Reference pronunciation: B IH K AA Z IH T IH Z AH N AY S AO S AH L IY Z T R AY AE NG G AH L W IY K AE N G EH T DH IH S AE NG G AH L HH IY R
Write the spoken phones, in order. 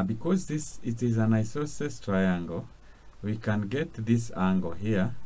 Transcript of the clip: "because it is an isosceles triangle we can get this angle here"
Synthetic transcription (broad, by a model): B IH K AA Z IH T IH Z AH N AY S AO S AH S T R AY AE NG G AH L W IY K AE N G EH T DH IH S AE NG G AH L HH IY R